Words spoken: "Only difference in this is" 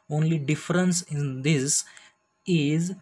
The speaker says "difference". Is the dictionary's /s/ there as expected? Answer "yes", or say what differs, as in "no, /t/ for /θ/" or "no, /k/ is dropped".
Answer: yes